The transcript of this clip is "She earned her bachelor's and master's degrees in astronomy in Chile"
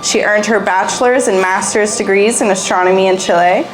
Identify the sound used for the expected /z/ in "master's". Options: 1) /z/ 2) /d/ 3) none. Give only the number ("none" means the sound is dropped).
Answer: 1